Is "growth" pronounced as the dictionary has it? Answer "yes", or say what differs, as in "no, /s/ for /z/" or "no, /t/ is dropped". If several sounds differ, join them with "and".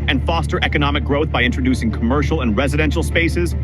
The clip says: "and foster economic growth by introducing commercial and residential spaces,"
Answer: yes